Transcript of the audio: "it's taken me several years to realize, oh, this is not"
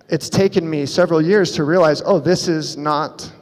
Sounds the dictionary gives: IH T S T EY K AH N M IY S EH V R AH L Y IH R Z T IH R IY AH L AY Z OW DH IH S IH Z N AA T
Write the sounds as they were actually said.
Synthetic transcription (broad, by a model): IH T S T EY K AH N M IY S EH V R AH L Y IH R Z T IH R IY AH L AY Z OW DH IH S IH Z N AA T